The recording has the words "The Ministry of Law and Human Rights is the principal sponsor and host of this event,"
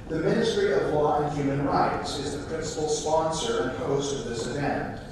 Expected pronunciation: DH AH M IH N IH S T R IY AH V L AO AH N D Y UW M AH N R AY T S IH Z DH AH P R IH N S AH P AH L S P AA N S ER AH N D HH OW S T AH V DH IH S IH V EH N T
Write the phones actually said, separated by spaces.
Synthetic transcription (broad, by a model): DH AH M IH N IH S T R IY AH V L AO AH N Y UW M AH N R AY T S IH Z DH AH P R IH N S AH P L S P AA N S ER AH N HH OW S T AH V DH IH S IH V EH N T